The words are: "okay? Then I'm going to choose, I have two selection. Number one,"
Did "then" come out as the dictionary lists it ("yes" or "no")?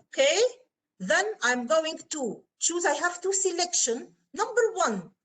yes